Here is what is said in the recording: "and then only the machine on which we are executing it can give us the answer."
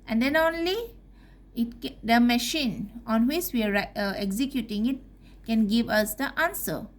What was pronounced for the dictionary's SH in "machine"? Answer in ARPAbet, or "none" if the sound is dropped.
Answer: SH